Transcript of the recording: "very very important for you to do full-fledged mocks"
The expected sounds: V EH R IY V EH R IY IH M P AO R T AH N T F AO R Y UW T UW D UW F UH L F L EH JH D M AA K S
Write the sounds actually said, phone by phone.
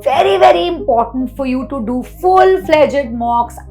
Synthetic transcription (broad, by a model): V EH R IY V EH R IY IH M P AO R T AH N T F AO R Y UW T UW D UW F UH L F L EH JH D M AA K S